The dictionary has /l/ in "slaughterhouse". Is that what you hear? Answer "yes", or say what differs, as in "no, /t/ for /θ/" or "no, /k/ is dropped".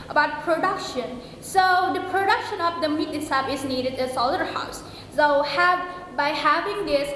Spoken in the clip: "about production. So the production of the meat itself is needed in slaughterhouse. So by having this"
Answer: no, /l/ is dropped